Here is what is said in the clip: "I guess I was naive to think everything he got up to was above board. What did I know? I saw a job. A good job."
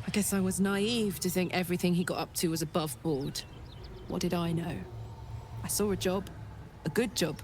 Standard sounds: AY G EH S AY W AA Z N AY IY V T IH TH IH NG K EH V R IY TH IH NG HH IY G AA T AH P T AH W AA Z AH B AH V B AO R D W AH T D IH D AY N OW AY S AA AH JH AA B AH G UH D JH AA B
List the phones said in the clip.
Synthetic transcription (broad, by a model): AY G EH S AY W AA Z N AY IY V T IH TH IH NG K EH V R IY TH IH NG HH IY G AA T AH P T AH W AA Z AH B AH V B AO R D W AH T D IH D AY N OW AY S AA AH JH AA B AH G UH D JH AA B